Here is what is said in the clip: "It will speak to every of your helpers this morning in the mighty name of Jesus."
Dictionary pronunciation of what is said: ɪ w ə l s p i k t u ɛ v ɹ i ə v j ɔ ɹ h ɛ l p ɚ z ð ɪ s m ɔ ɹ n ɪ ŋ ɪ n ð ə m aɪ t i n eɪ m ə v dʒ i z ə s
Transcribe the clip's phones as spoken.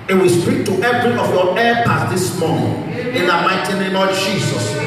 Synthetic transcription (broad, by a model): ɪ w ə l s p i k t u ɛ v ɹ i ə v j ɔ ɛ p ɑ s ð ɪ s m ɔ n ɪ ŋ ɪ n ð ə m aɪ t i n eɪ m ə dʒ i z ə s